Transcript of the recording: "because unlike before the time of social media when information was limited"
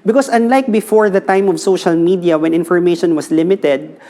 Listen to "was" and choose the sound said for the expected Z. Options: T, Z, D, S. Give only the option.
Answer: S